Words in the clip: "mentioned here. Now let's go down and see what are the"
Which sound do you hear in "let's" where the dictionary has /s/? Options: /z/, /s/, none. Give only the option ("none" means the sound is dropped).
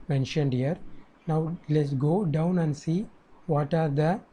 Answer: /s/